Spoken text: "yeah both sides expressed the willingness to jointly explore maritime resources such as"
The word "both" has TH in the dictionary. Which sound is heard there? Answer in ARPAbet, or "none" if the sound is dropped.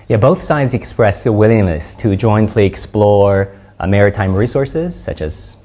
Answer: TH